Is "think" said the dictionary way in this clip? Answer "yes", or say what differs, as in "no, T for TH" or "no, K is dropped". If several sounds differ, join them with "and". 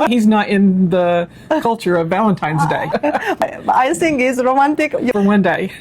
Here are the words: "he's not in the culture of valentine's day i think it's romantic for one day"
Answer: no, S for TH